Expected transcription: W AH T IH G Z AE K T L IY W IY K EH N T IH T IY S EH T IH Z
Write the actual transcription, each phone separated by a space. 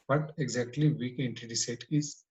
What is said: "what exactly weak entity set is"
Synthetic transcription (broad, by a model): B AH T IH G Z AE K T L IY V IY K EH N T IH T IY S EH T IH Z